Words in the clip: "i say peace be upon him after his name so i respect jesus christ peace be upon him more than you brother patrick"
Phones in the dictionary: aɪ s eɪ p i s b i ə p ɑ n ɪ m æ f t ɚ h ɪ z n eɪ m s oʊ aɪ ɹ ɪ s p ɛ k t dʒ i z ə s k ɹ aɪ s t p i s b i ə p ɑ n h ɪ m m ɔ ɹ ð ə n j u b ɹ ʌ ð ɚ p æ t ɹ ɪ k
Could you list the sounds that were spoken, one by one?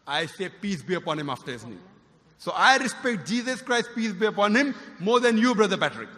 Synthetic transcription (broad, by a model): aɪ s eɪ p i s b i ə p ɑ n ɪ m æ f t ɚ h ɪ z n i s oʊ aɪ ɹ ɪ s p ɛ k t dʒ i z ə s k ɹ aɪ s t p i s b i ə p ɑ n h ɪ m m ɔ ɹ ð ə n j u b ɹ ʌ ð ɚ p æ t ɹ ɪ k